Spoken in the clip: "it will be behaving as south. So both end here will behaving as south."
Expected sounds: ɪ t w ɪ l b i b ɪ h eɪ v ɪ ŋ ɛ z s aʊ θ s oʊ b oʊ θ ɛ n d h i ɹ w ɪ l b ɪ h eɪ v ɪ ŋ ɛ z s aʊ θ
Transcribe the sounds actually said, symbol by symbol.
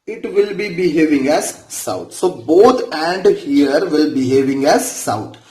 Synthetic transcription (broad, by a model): ɪ t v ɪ l b i b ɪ h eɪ v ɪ ŋ ɛ z s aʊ t s oʊ b oʊ t ɛ n d h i ɹ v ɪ l b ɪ h eɪ v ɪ ŋ ɛ z s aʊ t